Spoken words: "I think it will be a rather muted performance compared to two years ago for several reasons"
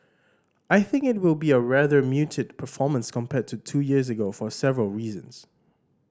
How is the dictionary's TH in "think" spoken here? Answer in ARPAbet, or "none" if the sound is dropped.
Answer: TH